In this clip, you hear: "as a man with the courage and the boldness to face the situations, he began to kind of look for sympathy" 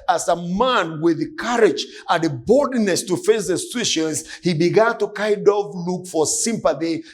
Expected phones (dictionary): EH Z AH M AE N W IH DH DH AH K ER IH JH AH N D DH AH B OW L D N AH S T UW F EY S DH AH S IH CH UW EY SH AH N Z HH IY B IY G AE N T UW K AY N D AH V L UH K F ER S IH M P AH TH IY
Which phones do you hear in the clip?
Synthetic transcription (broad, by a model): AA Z AH M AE N W IH DH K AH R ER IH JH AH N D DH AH B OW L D N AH S T UW F EY S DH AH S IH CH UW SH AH N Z HH IY B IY G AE N T UW K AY D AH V L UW K F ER S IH M P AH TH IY